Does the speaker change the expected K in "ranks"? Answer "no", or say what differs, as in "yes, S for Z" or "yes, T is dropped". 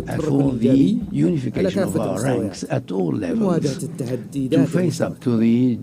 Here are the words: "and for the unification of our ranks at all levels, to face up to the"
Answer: no